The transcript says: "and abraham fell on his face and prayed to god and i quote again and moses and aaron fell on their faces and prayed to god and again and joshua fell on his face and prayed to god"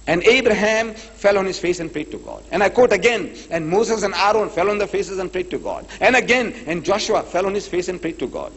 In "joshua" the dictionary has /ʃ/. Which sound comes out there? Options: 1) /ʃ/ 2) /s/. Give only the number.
1